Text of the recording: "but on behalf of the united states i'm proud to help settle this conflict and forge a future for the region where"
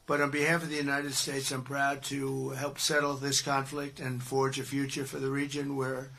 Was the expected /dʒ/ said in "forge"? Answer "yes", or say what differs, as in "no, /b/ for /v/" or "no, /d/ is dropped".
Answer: yes